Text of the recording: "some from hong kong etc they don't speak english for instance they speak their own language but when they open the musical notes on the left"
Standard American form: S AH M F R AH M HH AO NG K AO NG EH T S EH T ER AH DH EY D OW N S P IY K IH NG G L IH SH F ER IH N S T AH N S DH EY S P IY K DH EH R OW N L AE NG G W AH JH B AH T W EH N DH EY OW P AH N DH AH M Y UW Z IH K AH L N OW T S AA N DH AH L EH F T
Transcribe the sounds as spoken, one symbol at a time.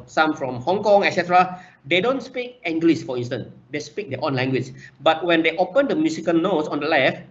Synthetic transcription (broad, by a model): S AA M F R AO M HH AO NG K AO NG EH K S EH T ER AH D EY D OW N S P IY K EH NG G L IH S F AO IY N S T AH N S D EY S P IY K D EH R OW N L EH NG G W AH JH B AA T W EH N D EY OW P AH N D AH M Y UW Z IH K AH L N OW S AA N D AH L EH F T